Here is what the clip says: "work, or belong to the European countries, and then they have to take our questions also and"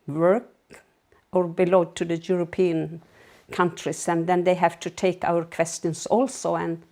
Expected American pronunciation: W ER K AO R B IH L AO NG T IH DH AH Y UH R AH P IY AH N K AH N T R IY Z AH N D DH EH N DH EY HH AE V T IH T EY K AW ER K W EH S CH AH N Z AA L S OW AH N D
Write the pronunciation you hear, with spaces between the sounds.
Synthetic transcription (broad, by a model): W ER K AO R B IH L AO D T IH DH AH Y UH R AH P IY AH N K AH N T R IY S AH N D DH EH N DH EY HH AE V T IH T EY K AW ER K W EH S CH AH N S AA L S OW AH N